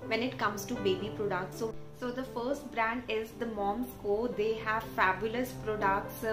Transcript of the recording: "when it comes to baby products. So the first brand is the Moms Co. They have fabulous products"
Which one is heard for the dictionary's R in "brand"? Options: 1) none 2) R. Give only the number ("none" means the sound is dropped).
2